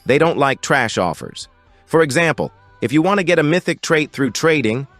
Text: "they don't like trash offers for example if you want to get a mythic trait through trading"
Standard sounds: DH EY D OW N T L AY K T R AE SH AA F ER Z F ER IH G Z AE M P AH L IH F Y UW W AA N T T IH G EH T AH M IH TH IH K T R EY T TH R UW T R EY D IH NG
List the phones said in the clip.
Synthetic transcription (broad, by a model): DH EY D OW N T L AY K T R AE SH AA F ER Z F ER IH G Z AE M P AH L IH F Y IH W AA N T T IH G EH T AH M IH TH IH K T R EY T TH R UW T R EY D IH NG